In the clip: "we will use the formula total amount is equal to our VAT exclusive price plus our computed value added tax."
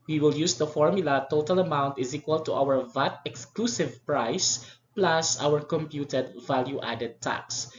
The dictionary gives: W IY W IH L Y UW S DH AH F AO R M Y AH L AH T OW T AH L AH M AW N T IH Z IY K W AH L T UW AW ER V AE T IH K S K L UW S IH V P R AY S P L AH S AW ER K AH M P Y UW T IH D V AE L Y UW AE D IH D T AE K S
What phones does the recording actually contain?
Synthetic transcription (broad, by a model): W IY W IH L Y UW S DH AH F AO R M Y AH L AH T OW T AH L AH M AW N T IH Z IY K W AH L T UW AW ER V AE T IH K S K L UW S IH V P R AY S P L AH S AW ER K AH M P Y UW T IH D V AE L Y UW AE D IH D T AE K S